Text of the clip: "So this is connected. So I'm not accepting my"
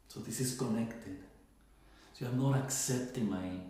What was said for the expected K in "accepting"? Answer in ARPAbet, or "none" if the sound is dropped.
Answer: K